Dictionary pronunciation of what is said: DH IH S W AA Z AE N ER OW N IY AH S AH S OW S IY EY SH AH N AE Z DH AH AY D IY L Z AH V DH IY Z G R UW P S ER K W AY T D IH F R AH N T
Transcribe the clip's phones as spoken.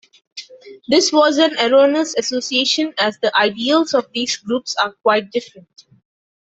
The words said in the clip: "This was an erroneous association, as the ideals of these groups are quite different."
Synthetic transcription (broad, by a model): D IH S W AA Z AE N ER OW N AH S AH S OW S IY EY SH AH N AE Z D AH AY D IY L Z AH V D IY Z G R UW P S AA K W AY T D IH F R AH N T